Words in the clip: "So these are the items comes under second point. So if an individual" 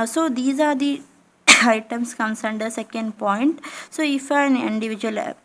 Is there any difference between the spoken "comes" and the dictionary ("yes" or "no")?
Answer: yes